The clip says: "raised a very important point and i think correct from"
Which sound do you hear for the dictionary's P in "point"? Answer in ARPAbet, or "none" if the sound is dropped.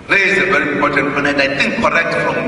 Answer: F